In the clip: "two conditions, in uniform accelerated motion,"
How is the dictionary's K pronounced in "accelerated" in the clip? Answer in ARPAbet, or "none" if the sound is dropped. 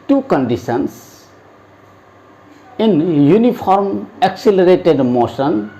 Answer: K